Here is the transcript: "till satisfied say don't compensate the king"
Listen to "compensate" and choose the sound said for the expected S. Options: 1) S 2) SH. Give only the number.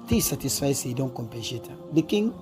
2